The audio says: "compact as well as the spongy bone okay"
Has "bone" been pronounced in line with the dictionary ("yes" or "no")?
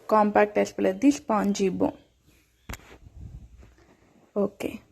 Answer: no